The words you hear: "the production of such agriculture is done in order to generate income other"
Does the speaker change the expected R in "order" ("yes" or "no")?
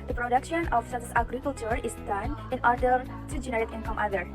no